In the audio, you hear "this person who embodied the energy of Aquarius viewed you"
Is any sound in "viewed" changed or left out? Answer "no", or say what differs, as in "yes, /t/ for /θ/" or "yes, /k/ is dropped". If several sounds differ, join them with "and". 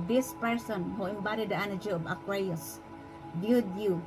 yes, /b/ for /v/